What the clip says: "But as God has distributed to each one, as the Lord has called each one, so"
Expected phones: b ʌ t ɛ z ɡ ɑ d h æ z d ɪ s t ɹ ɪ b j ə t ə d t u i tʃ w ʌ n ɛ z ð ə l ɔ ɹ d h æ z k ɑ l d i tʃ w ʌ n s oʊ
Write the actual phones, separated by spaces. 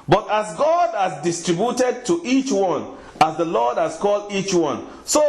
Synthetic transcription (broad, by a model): b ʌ t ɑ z ɡ ɑ d h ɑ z d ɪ s t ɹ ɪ b j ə t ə d t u i tʃ w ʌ n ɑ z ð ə l ɔ d h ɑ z k ɑ l d i tʃ w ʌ n s oʊ